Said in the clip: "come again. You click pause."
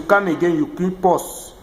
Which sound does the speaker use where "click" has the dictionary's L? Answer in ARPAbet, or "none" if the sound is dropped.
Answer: none